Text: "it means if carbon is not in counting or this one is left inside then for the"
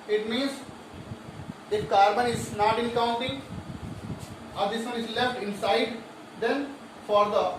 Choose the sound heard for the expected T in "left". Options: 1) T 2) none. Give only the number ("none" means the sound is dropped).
1